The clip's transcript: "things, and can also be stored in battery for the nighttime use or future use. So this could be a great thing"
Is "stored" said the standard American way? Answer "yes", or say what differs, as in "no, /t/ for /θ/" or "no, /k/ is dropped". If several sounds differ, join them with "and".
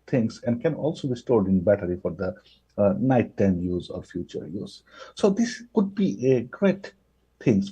yes